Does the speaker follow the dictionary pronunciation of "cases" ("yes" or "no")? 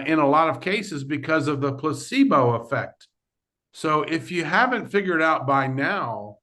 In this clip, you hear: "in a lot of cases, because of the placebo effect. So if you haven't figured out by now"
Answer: yes